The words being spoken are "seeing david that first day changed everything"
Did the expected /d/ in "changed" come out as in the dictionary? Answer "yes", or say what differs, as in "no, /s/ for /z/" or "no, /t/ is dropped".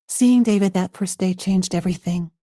yes